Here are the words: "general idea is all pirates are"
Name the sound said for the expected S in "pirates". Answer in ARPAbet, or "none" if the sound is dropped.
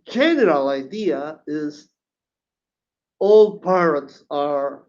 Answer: S